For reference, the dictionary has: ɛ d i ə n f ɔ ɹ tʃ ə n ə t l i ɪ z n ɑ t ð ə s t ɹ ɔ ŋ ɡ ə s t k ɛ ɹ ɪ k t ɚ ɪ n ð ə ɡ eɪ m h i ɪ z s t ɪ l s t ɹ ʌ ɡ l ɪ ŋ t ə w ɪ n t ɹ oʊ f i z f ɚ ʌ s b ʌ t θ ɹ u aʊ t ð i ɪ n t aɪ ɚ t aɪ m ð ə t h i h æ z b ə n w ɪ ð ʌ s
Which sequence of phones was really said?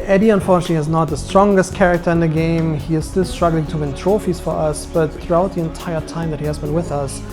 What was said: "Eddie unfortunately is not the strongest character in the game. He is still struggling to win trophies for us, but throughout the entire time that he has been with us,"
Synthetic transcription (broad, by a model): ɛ d i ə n f ɔ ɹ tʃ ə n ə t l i ɪ z n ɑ t ð ə s t ɹ ɔ ŋ ɡ ə s t k ɛ ɹ ɪ k t ɚ ɪ n ð ə ɡ eɪ m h i ɪ z s t ɪ l s t ɹ ʌ ɡ l ɪ ŋ t ə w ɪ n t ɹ oʊ f i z f ɚ ʌ s b ʌ t θ ɹ u aʊ t ð i ɪ n t aɪ ɚ t aɪ m ð ə t h i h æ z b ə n w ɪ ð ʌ s